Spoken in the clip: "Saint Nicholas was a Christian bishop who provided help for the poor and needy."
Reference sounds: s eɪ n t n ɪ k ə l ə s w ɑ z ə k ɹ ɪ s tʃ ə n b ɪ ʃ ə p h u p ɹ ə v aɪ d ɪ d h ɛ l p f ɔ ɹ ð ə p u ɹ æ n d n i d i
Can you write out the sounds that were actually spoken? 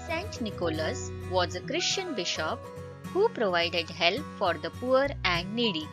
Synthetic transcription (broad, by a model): s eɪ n t n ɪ k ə l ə s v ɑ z ə k ɹ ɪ ʃ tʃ ə n b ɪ ʃ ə p h u p ɹ ə v aɪ d ɪ d h ɛ l p f ɔ ɹ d ə p u ɹ æ n d n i d i